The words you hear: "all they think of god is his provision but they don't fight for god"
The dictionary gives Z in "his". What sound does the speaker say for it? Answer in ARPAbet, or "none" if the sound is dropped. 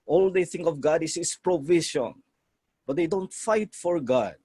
S